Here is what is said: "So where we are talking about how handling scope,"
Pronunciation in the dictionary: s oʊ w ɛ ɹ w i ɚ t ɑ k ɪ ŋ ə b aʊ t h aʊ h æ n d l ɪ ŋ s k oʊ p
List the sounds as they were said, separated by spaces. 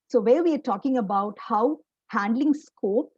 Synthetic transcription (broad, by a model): s oʊ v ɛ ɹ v i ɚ t ɑ k ɪ ŋ ə b aʊ t h aʊ h æ n d l ɪ ŋ s k oʊ p